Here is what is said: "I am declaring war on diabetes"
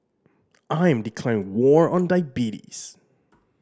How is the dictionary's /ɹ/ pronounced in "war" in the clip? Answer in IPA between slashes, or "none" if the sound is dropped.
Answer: /ɹ/